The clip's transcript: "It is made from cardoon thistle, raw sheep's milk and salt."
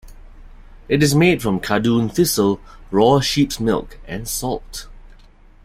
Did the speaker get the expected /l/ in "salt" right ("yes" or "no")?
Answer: yes